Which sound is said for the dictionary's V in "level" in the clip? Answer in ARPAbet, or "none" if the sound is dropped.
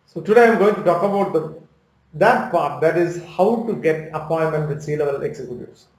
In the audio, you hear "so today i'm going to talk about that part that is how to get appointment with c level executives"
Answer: B